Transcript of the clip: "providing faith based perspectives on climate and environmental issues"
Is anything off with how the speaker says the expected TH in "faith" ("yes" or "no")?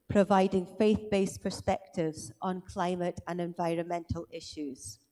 no